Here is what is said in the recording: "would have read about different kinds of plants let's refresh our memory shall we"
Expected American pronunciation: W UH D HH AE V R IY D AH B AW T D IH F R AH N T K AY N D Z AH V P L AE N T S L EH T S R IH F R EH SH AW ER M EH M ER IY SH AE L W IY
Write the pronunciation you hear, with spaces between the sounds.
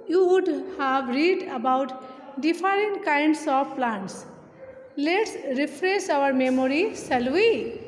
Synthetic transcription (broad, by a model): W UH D HH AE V R IY D AH B AW T D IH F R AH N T K AY N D S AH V P L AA N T S L EH T S R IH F R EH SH AW ER M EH M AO IY S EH L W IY